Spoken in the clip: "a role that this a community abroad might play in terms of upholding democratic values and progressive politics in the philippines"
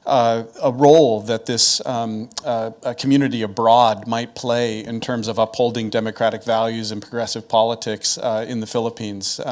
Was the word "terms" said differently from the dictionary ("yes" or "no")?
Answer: no